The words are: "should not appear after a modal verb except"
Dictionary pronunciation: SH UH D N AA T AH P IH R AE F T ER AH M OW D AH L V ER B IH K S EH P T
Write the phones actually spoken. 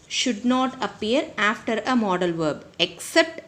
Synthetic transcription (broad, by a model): SH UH D N AA T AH P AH R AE F T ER AH M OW D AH L V ER B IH K S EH P T